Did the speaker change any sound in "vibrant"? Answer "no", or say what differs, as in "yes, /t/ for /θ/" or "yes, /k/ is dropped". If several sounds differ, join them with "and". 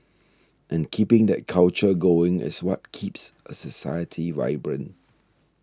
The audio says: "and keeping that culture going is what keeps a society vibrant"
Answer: yes, /t/ is dropped